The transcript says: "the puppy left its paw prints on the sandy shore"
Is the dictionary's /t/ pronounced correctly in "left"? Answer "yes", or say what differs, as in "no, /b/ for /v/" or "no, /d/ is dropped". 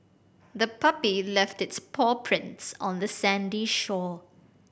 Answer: yes